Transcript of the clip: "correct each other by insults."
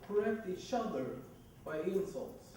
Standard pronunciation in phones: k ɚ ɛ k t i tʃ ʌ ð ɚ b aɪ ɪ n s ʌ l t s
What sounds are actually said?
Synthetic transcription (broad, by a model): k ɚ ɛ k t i ʃ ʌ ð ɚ b aɪ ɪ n s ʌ l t s